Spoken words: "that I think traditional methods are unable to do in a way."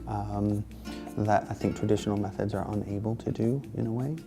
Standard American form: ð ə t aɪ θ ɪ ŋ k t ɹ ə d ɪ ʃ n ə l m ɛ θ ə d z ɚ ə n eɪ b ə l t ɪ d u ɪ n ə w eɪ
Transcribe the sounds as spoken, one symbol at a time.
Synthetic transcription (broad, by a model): ð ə t aɪ θ ɪ ŋ k t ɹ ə d ɪ ʃ n l m ɛ θ ə d z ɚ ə n eɪ b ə l t ɪ d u ɪ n ə w eɪ